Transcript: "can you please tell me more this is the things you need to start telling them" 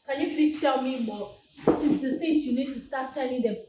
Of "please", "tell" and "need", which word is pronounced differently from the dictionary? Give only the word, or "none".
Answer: please